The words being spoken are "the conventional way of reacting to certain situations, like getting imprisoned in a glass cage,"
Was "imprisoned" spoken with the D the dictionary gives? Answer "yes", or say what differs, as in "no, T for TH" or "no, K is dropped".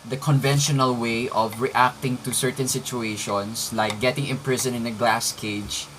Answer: no, D is dropped